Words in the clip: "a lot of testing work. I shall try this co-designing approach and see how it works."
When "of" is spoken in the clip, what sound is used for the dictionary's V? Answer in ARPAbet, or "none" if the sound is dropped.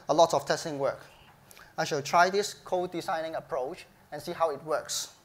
F